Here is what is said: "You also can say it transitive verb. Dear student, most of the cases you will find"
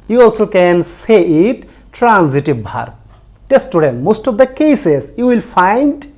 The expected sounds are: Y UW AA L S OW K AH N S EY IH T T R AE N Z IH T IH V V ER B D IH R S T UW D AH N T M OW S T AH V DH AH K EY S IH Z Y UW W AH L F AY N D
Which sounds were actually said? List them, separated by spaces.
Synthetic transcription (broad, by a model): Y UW AA L S OW K AH N S EY IH T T R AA N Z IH T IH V B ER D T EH S T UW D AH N M OW S T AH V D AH K EY S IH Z Y UW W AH L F AY N D